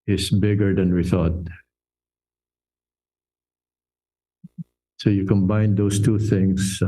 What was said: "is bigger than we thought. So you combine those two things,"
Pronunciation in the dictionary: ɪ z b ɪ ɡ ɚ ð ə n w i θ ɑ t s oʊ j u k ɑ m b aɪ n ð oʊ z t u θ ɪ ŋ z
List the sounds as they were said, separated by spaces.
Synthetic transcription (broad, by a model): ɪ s b ɪ ɡ ɚ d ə n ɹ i θ ɑ t s oʊ j u k ɑ m b aɪ n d oʊ s t u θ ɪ ŋ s